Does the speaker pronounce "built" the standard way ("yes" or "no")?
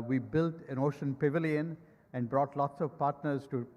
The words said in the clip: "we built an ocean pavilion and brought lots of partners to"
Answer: yes